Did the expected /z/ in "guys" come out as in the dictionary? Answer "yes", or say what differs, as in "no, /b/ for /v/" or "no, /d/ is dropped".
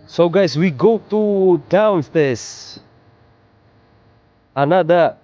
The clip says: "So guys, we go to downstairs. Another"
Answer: no, /s/ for /z/